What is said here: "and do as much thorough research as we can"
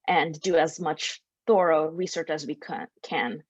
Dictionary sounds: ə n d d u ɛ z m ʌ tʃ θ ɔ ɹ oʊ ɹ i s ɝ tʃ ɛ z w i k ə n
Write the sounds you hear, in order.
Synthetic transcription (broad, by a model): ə n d d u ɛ z m ʌ tʃ θ ɔ ɹ oʊ ɹ i s ɝ tʃ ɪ z w i k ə n